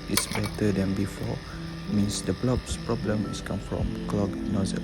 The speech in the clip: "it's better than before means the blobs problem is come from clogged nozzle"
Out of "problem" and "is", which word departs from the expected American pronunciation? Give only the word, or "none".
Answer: is